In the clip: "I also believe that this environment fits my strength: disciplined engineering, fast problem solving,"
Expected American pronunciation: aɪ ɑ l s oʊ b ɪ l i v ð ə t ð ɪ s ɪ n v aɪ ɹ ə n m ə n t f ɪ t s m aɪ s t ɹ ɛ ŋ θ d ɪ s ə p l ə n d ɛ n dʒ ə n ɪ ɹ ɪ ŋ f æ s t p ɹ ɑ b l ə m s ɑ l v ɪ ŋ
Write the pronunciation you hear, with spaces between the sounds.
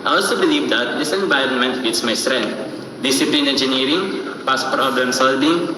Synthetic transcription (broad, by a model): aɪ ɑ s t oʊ b ɪ l i v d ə t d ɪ s ɪ n v aɪ ɹ ə n m ə n t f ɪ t s m aɪ s t ɹ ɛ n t d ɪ s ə p l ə n ɛ n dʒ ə n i ɹ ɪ ŋ p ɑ s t p ɹ ɑ b l ə m s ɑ l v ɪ ŋ